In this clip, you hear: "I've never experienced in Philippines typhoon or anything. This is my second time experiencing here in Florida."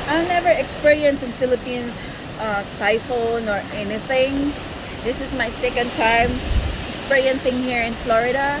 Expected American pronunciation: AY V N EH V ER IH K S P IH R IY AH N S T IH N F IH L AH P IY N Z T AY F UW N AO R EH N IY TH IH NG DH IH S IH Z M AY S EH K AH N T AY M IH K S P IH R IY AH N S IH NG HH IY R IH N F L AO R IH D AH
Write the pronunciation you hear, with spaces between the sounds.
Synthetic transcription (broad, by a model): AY N EH V ER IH K S P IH R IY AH N S IH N F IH L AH P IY N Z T AY F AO N AO R EH N IY TH IH NG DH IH S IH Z M AY S EH K AH N T AY M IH K S P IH R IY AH N S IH NG HH IY R IH N F L AO R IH D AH